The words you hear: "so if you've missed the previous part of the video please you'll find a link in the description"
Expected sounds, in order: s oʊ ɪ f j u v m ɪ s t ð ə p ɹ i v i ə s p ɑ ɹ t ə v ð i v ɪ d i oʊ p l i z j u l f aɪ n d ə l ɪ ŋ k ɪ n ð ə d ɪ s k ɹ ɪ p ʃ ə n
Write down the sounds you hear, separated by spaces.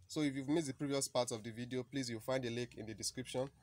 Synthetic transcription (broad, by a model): s oʊ ɪ f j u v m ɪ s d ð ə p ɹ i v i ə s p ɑ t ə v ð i v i d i oʊ p l i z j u w f aɪ n d ə l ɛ k ɪ n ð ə d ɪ s k ɹ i p ʃ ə n